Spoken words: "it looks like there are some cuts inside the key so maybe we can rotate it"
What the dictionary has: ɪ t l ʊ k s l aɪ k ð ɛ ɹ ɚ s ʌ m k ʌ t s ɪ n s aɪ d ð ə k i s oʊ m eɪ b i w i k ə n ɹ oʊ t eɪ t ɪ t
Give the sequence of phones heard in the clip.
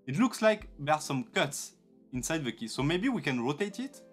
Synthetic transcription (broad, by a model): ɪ t l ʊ k s l aɪ k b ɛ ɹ s ʌ m k ʌ t s ɪ n s aɪ d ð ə k i s oʊ m eɪ b i w i k ə n ɹ oʊ t eɪ t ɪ t